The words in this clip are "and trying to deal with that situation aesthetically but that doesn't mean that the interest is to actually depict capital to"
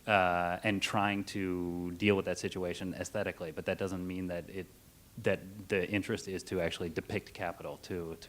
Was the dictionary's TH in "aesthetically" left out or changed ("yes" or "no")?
no